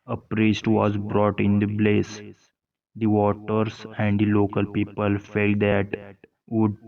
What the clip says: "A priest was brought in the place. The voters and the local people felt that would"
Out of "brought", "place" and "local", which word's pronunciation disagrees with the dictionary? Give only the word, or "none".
place